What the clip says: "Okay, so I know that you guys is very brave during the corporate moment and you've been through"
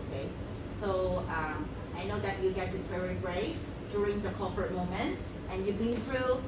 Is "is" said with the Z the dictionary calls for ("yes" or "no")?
no